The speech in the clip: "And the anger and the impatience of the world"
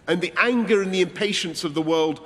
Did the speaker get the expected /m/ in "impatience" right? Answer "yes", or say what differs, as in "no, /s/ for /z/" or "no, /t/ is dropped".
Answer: yes